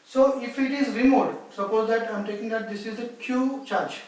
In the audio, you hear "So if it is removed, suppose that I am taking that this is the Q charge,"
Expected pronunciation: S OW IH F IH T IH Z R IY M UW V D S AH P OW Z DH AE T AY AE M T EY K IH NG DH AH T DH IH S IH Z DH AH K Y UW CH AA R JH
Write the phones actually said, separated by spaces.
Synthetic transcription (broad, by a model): S OW IH F IH T IH Z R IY M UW D S AH P OW Z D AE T AY M T EY K IH NG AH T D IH S IH Z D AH K Y UW CH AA R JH